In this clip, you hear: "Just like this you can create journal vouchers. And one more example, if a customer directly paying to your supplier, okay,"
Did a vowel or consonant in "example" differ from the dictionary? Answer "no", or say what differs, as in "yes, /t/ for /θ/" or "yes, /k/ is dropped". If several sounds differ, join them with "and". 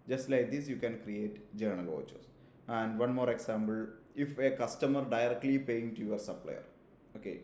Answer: yes, /b/ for /p/